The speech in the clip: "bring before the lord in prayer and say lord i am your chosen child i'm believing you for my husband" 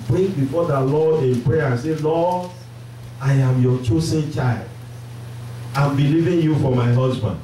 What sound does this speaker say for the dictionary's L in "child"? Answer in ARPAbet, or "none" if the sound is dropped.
L